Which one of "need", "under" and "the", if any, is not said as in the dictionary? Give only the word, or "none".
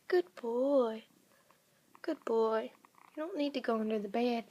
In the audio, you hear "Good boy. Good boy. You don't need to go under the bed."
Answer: none